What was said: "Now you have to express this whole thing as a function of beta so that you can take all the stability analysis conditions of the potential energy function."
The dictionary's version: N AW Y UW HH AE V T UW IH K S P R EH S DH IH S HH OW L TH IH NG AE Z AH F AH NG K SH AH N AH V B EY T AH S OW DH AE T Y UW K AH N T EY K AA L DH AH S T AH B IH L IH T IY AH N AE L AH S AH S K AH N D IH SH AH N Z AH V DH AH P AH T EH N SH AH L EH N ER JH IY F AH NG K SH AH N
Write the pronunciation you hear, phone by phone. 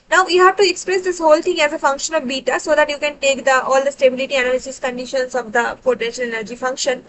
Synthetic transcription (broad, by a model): N AW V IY HH AE V T UW IH K S P R EH S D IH S HH OW L T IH NG AE Z AH F AH NG K SH AH N AH V B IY T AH S OW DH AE T Y UW K AH N T EY K AA L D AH S T AH B IH L IH T IY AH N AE L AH S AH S K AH N D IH SH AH N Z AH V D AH P AH T EH N SH AH L EH N ER JH IY F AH NG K SH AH N